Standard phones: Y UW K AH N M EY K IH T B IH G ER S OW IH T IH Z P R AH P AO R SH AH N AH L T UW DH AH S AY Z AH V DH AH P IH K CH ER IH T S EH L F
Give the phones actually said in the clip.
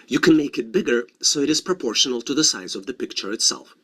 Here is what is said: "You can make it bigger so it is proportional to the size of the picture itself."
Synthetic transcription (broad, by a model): Y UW K AH N M EY K IH T B IH G ER S OW IH T IH Z P R AH P AO R SH AH N AH L T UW DH AH S AY Z AH V DH AH P IH K CH ER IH T S EH L F